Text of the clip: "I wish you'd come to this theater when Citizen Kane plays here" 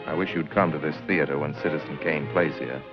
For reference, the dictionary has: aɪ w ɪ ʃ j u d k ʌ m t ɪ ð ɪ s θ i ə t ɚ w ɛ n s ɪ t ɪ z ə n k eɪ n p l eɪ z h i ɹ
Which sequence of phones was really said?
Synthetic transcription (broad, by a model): aɪ w ɪ ʃ j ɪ d k ʌ m t ɪ ð ɪ s θ i ə t ɚ w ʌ n s ɪ t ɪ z n k eɪ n p l eɪ z h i ɹ